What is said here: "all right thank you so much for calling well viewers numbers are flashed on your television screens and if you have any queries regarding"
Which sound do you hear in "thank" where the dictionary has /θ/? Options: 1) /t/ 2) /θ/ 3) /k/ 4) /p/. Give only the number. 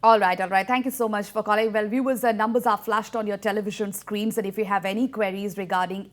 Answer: 1